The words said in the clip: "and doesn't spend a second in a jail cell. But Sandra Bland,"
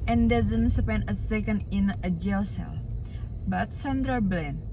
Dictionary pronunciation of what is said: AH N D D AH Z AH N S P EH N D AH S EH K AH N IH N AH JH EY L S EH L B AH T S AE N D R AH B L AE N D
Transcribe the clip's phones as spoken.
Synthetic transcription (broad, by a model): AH N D D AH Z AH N S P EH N AH S EH K AH N IH N AH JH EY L S EH L B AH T S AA N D R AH B L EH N